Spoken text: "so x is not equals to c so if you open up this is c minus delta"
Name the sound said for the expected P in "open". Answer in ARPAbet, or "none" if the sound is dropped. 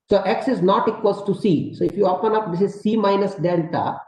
P